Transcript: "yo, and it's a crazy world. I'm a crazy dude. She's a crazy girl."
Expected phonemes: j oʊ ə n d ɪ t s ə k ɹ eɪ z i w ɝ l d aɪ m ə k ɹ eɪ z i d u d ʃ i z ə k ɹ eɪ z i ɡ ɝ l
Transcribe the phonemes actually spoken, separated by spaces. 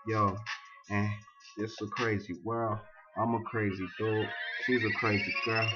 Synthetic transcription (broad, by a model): j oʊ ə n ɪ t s ə k ɹ eɪ z i w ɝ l aɪ m ə k ɹ eɪ z i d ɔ ʃ i z ə k ɹ eɪ z i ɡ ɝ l